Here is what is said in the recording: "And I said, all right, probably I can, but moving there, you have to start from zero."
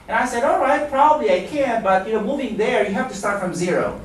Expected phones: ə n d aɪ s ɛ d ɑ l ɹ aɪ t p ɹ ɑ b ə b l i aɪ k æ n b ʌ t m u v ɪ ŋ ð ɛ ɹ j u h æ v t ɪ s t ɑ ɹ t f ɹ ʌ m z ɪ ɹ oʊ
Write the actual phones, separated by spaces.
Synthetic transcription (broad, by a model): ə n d aɪ s ɛ d ɑ l ɹ aɪ t p ɹ ɑ b ə b l i aɪ k æ n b ʌ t m u v ɪ ŋ ð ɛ ɹ j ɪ h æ f t ɪ s t ɑ ɹ t f ɹ ʌ m z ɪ ɹ oʊ